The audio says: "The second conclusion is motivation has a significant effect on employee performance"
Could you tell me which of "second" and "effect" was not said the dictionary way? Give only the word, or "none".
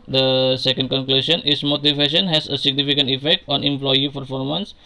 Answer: none